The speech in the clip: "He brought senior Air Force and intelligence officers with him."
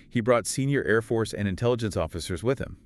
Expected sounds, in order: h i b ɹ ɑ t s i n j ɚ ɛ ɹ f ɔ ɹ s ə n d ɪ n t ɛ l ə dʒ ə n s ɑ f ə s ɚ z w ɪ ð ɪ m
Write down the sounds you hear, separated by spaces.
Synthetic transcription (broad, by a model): h i b ɹ ɑ t s i n j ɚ ɛ ɹ f ɔ ɹ s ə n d ɪ n t ɛ l ə dʒ ə n s ɑ f ə s ɚ z w ɪ ð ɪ m